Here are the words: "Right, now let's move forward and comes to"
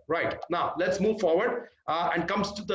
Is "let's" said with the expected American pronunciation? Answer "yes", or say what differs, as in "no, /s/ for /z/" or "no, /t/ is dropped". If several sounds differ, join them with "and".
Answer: yes